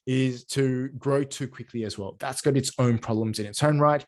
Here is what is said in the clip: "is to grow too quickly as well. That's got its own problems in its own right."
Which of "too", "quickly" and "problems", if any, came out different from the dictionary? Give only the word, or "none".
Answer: none